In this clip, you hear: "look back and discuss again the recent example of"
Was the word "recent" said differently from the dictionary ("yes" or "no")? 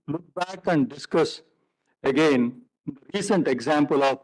no